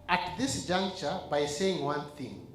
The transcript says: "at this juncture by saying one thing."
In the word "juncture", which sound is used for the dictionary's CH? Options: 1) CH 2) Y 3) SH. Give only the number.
1